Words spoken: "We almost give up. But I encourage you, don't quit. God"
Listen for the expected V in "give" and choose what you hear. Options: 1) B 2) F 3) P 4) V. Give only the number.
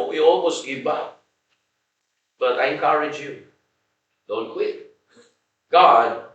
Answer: 1